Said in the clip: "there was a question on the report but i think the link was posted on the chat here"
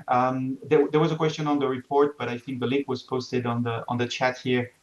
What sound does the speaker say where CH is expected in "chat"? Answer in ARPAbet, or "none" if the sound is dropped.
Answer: CH